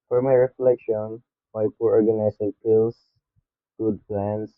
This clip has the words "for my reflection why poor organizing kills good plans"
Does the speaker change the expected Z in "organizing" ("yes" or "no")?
yes